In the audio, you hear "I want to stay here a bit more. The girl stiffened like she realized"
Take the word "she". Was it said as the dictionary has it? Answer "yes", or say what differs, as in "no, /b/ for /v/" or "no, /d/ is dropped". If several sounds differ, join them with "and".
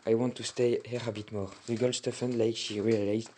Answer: yes